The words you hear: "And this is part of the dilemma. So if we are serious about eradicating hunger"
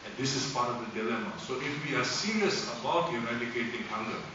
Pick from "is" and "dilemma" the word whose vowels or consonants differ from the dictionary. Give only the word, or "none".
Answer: is